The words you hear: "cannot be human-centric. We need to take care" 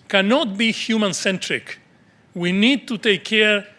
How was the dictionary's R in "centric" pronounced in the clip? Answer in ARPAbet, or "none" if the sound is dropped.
R